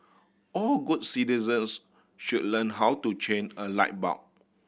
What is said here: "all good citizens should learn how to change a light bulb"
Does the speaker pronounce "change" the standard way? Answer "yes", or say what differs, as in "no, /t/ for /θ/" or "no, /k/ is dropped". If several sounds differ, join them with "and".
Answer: no, /dʒ/ is dropped